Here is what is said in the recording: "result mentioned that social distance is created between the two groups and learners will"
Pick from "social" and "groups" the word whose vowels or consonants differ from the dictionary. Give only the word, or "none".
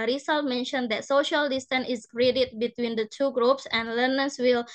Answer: none